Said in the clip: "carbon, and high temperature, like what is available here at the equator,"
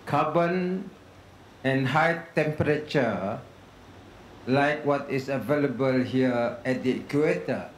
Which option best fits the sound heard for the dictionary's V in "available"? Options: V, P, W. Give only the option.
V